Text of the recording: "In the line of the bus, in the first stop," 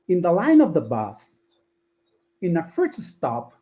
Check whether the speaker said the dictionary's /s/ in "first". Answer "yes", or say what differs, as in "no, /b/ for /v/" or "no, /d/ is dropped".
no, /s/ is dropped